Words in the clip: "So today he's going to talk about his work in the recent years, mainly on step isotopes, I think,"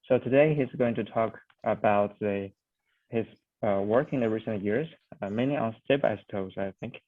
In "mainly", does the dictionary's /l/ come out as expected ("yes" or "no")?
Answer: no